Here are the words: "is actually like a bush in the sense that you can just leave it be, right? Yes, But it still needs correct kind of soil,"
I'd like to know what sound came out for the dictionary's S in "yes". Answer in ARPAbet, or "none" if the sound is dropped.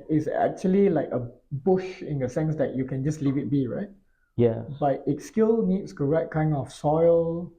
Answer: none